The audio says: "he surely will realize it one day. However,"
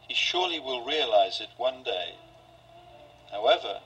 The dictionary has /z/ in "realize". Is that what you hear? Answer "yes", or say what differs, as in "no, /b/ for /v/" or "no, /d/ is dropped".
yes